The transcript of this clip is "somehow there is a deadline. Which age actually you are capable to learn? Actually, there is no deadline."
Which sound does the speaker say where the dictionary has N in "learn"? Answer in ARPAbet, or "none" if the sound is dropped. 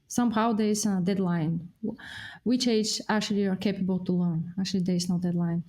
N